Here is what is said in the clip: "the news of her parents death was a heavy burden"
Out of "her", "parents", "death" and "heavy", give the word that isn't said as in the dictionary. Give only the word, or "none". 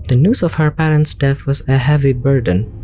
none